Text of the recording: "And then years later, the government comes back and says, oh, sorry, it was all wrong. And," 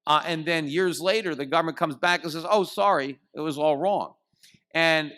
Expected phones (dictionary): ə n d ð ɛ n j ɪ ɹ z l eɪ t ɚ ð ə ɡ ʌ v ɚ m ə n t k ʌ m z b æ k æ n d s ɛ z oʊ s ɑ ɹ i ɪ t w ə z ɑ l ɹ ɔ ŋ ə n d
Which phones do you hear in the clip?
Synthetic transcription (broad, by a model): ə n ð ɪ n j ɪ ɹ z l eɪ t ɚ ð ə ɡ ʌ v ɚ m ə n k ʌ m z b æ k n s ɛ z oʊ s ɑ ɹ i ɪ t w ə z ɑ l ɹ ɔ ŋ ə n